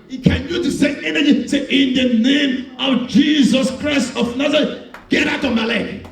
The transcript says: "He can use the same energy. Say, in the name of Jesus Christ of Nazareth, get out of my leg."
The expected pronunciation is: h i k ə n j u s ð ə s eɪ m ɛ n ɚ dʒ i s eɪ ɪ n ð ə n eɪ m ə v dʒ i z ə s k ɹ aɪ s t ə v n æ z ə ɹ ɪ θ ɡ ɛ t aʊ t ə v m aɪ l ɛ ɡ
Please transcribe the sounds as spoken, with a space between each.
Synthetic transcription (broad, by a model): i k ə n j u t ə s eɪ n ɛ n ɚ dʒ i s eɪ ɪ n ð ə n eɪ m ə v dʒ i z ə s k ɹ aɪ s t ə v n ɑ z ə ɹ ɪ ɡ ɛ t aʊ t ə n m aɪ l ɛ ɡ